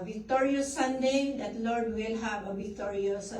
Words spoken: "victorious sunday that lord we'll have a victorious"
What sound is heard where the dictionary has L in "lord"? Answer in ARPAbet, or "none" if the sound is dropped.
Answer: L